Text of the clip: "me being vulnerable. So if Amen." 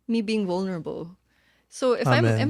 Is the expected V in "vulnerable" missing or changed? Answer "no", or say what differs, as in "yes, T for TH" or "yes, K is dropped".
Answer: no